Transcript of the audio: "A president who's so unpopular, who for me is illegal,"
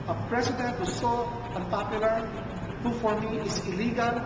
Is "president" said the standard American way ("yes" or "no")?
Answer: no